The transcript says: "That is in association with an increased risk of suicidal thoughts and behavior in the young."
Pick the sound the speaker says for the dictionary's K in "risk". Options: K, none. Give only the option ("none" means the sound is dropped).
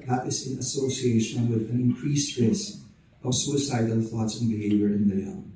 none